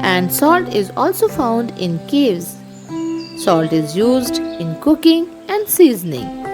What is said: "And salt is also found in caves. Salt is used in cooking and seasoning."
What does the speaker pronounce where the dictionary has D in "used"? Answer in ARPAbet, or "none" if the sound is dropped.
D